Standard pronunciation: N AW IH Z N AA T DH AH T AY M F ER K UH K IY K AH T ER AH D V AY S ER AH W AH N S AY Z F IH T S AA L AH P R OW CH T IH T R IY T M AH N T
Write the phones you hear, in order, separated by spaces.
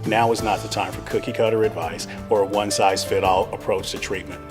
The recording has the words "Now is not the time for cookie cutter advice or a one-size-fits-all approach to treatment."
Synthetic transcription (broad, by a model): N AW IH Z N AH T DH AH T AY M F ER K UH K IY K AH T ER AH D V AY S ER AH W AH N S AY Z F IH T AA L AH P R OW CH T IH T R IY T M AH N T